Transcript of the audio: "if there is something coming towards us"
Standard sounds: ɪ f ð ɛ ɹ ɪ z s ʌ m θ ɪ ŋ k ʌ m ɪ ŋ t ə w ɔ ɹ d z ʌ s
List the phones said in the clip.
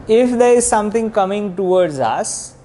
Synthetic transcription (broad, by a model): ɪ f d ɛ ɹ ɪ z s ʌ m t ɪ ŋ k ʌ m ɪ ŋ t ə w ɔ ɹ d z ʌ s